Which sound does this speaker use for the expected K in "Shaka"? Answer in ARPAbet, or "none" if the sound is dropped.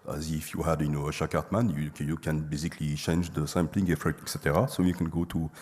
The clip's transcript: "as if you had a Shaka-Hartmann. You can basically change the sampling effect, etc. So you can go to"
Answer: none